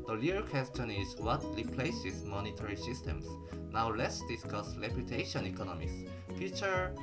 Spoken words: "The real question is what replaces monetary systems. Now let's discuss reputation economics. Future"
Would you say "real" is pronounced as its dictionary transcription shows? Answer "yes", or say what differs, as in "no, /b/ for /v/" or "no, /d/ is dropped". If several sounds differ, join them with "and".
no, /l/ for /ɹ/